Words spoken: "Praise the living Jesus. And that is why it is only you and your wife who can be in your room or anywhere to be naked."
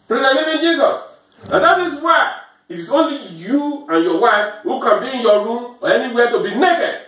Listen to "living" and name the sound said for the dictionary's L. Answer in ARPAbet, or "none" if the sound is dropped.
N